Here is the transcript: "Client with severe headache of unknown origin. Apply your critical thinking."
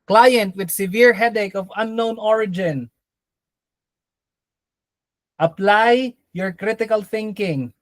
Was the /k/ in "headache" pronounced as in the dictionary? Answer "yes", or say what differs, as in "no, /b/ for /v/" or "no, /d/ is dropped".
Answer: yes